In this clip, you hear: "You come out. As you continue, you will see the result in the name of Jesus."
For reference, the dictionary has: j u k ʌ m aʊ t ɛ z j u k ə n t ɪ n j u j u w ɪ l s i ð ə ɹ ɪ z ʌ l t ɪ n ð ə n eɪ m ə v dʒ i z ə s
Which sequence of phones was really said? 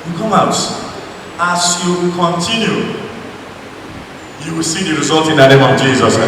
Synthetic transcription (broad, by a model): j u k ʌ m aʊ t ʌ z j u k ə n t ɪ n j u j u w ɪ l s i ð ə ɹ ɪ z ʌ l t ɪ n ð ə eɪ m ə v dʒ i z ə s